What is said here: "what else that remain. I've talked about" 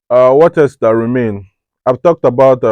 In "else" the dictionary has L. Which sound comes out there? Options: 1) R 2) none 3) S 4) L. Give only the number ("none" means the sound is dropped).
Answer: 2